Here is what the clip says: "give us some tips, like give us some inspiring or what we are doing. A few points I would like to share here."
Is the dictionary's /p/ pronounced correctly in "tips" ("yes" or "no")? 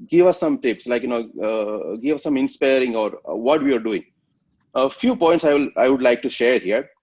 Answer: yes